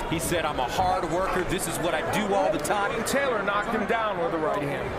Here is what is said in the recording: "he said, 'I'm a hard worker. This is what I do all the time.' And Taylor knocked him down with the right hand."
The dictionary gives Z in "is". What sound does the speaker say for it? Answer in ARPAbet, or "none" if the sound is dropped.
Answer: Z